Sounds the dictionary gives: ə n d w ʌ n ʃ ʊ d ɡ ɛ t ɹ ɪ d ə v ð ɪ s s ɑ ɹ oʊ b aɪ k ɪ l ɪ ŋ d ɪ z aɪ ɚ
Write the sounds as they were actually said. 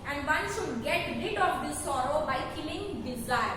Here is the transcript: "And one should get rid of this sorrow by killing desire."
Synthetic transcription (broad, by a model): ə n d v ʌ n s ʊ ɡ ɛ t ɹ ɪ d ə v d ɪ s s ɑ ɹ oʊ b aɪ k ɪ l ɪ ŋ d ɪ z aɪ